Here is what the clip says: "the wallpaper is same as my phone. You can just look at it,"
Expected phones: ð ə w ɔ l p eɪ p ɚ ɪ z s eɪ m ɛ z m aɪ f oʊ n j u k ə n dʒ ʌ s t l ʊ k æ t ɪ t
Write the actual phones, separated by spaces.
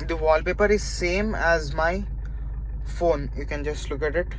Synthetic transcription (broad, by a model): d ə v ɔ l p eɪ p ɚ ɪ z s eɪ m ɛ z m aɪ f oʊ n j u k ə n dʒ ʌ s t l ʊ k æ t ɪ t